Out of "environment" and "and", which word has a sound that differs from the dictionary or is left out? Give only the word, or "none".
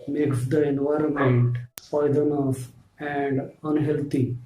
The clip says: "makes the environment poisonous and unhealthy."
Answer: none